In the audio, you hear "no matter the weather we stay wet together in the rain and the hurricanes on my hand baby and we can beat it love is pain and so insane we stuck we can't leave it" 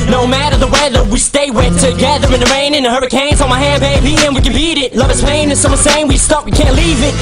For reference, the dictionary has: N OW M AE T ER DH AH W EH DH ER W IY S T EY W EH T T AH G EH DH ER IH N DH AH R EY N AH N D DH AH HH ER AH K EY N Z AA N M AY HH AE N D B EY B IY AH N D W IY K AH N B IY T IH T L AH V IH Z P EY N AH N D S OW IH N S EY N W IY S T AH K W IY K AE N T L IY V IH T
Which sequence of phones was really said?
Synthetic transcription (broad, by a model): N OW M AE T ER DH AH W EH DH ER W IY S T EY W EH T T AH G EH DH ER IH N DH AH R EY N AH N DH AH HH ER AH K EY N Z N M AY HH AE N B EY B IY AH N W IY K AH N B IY T IH T L AH V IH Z P EY N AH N S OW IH N S EY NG W IY S T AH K W IY K AE N T L IY V IH T